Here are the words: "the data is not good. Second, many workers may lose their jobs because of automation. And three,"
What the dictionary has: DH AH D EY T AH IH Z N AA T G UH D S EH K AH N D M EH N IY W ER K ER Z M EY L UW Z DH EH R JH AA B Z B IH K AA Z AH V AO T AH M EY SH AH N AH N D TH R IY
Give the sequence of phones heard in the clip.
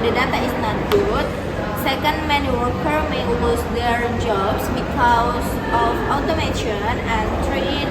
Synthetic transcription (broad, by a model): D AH D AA T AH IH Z N AA T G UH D S EH K AH N D M EH N IY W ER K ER M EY W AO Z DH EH R JH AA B S B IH K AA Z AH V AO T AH M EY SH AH N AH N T R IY